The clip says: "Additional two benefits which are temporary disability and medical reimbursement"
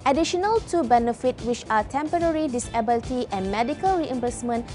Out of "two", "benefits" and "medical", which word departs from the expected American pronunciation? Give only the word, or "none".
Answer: benefits